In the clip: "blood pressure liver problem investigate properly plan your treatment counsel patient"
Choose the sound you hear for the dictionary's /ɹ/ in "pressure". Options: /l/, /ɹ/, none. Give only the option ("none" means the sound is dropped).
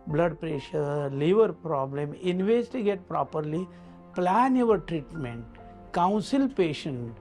/ɹ/